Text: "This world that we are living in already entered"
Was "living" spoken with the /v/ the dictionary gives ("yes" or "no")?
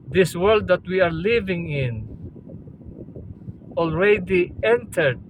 yes